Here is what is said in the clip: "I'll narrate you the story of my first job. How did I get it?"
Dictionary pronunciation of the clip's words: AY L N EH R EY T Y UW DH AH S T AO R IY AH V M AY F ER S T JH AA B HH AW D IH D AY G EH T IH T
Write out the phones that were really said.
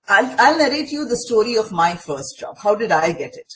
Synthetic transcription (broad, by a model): AY L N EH R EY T Y UW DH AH S T AO R IY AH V M AY F ER S T JH AA B HH AW D IH D AY G EH T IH T